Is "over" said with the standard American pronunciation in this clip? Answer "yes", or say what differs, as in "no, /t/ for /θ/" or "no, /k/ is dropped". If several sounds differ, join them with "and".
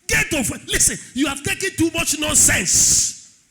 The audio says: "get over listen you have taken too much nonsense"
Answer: no, /f/ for /v/